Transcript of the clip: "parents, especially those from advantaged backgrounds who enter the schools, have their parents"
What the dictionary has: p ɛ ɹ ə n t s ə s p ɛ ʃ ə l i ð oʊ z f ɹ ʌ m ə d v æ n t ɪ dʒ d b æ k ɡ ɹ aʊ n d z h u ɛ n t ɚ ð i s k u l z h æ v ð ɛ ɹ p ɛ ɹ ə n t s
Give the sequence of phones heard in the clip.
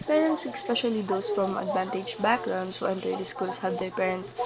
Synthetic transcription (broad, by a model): p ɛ ɹ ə n t s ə s p ɛ ʃ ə l i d oʊ s f ɹ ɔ m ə d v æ n t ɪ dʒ b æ k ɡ ɹ aʊ n d s h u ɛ n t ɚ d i s k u l s h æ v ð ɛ ɹ p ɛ ɹ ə n t s